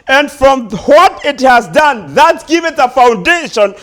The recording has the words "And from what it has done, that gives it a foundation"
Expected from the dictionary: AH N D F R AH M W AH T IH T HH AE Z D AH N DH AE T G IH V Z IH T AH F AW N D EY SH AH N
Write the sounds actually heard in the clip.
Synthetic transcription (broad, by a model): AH N D F R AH M W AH T IH T HH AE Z D AH N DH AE T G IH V IH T AH F AW N D EY SH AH N